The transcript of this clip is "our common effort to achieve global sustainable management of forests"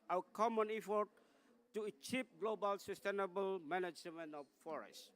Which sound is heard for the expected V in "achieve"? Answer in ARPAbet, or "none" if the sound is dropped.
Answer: P